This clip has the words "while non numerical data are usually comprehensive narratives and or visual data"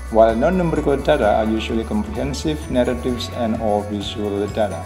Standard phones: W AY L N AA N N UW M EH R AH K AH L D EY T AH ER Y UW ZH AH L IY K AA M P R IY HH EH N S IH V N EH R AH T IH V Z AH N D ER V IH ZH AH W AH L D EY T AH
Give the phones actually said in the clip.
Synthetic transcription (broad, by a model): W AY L N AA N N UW M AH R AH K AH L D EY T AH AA Y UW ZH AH L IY K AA M P R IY HH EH N S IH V N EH R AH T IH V S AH N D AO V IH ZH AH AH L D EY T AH